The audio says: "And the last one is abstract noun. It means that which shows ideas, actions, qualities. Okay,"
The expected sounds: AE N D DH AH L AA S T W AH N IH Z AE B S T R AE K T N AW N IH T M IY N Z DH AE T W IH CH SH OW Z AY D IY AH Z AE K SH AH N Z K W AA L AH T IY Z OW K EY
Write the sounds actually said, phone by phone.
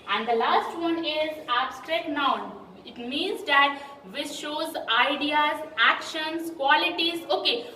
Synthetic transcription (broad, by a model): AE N D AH L AA S T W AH N IH Z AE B S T R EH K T N AW N IH T M IY N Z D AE T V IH S SH OW Z AY D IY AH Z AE K SH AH N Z K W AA L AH T IY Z OW K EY